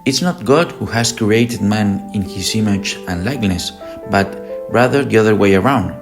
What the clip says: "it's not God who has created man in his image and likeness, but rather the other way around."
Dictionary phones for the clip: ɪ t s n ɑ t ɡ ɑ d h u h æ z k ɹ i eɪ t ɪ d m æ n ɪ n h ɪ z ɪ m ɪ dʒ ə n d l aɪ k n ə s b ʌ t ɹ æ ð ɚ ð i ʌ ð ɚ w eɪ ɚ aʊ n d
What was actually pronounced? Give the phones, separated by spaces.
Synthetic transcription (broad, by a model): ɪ t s n ɑ t ɡ ɑ d h u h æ s k ɹ i eɪ t ɪ d m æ n ɪ n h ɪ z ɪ m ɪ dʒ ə n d l aɪ k n ə s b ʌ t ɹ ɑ ð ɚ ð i ʌ ð ɚ w eɪ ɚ aʊ n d